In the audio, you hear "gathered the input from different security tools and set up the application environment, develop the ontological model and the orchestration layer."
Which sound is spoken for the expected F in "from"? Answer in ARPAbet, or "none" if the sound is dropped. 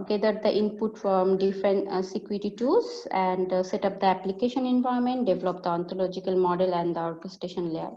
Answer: F